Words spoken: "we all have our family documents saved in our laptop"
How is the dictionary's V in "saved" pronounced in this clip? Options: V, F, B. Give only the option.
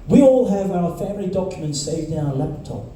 V